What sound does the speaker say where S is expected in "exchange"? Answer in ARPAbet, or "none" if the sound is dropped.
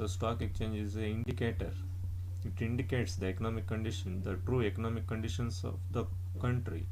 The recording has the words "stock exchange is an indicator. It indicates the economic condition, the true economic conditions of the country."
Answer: none